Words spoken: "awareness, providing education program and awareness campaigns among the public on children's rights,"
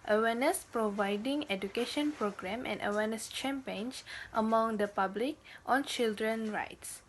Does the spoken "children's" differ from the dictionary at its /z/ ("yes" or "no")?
yes